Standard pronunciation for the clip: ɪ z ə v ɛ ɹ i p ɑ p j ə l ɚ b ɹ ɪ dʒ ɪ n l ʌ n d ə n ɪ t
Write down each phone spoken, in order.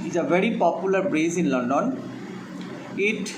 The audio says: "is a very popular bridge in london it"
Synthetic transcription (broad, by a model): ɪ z ə v ɛ ɹ i p ɑ p j ə l ɚ b ɹ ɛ z ɪ n l ʌ n d ə n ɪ t